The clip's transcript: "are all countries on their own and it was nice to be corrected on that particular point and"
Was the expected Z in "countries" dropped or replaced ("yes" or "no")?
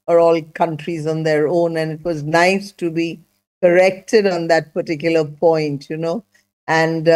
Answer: no